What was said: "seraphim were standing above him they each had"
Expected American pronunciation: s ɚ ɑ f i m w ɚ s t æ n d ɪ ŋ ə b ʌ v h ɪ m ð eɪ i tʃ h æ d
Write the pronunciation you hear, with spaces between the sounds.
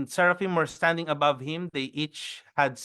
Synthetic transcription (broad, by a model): s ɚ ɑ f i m w ɚ s t æ n d ɪ ŋ ə b ʌ v h ɪ m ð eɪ i tʃ h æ d